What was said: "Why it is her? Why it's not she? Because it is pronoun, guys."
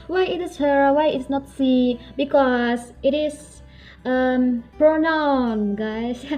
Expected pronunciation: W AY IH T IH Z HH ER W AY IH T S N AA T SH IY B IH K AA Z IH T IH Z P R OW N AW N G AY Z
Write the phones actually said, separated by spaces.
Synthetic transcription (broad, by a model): W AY IH T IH S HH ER W AY IH T S N AA T S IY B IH K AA S IH T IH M P R OW N AW N G AY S